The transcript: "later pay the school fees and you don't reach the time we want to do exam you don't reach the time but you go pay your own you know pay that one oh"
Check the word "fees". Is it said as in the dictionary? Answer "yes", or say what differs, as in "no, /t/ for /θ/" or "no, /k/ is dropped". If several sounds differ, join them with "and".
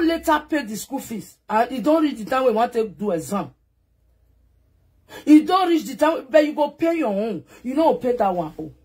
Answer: no, /s/ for /z/